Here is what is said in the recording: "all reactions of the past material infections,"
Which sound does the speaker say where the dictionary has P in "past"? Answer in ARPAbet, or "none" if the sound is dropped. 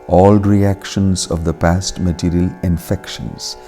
P